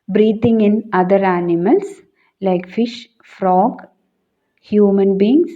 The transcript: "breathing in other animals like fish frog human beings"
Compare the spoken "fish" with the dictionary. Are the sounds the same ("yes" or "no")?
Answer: yes